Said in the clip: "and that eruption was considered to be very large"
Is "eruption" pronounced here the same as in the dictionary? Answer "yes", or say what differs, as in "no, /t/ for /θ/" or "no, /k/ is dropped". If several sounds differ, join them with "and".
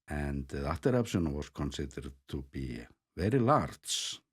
no, /s/ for /ʃ/